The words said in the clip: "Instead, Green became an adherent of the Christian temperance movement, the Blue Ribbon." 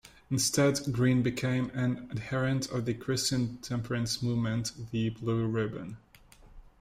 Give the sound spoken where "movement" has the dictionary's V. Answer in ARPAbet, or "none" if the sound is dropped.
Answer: V